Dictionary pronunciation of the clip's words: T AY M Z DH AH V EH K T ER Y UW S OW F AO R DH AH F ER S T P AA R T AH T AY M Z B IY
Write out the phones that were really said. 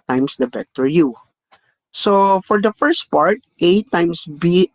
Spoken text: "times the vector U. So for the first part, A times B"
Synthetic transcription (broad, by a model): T AY M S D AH B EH T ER Y UW S OW F AO R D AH F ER S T P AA R T AH T AY M S B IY